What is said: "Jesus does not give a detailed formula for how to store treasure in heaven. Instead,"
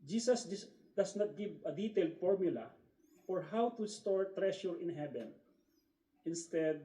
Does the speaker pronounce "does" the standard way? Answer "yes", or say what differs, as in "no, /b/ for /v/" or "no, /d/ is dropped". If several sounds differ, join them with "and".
no, /s/ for /z/